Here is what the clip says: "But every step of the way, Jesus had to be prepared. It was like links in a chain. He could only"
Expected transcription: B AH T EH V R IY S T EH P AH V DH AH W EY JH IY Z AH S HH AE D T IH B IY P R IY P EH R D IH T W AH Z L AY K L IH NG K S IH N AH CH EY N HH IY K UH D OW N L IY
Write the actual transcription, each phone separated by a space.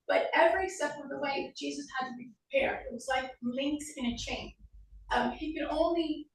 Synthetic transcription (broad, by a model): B AH T EH V R IY S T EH F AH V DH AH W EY JH IY Z AH S HH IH D T IH B IY P R IY P EH R D IH T W AH Z L AY K L IH NG K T IH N AH CH EY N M IY K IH D OW N L IY